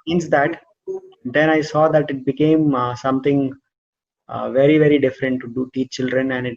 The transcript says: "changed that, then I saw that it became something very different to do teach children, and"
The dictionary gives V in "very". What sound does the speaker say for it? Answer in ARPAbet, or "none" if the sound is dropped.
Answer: V